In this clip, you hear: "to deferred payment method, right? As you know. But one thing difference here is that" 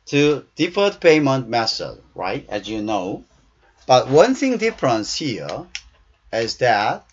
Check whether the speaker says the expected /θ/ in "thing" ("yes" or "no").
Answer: yes